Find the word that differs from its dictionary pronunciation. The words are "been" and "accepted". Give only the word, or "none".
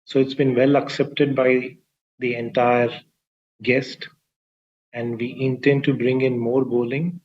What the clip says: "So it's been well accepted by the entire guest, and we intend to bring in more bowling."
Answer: none